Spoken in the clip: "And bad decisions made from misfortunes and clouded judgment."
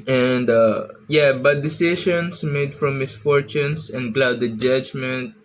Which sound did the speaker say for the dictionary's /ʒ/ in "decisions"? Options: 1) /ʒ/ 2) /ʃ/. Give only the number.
2